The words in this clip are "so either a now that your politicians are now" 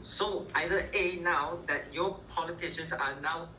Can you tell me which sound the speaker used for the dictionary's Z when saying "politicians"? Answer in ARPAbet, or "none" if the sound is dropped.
S